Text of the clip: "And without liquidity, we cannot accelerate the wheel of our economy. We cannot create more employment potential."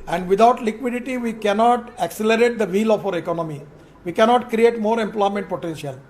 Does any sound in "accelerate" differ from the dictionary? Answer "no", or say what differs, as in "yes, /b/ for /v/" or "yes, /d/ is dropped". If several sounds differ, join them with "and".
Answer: no